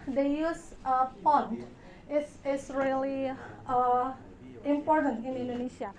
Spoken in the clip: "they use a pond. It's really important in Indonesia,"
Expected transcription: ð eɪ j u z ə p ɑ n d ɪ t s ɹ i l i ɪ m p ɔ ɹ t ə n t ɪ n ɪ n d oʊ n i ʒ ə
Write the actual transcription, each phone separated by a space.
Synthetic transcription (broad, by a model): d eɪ j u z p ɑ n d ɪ s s ɹ i l i ɪ m p ɔ ɹ t ə n t ɪ n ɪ n d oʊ n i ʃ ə